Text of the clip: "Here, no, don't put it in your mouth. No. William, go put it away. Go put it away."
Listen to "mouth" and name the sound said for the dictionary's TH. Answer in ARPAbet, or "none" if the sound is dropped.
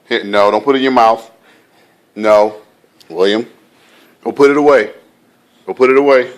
TH